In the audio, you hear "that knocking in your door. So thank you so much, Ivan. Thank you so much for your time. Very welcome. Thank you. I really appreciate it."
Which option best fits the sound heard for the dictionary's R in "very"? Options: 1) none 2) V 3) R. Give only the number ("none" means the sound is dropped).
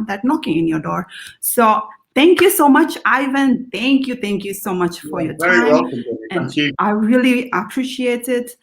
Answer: 1